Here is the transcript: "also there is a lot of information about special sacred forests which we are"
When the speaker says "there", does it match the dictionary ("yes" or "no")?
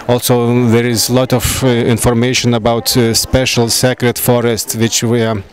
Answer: yes